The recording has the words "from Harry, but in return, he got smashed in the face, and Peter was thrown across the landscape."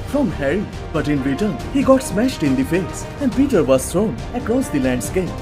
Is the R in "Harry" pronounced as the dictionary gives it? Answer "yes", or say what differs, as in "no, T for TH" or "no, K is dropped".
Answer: yes